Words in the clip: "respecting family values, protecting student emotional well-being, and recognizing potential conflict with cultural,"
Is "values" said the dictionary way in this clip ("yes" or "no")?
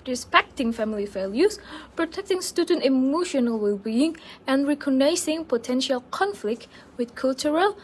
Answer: no